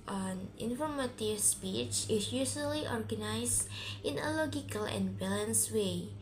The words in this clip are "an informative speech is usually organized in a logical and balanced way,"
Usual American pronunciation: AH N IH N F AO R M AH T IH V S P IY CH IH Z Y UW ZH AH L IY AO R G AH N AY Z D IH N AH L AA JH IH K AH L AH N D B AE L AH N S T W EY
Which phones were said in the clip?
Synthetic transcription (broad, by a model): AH N IH N F AO R M AH T IH V S P IY CH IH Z Y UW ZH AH L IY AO R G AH N AY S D IH N AH L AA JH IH K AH L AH N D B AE L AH N S W EY